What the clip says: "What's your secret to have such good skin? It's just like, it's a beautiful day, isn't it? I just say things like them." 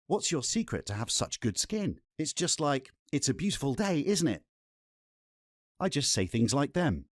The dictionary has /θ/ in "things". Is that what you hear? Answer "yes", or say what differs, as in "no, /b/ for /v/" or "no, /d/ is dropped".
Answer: yes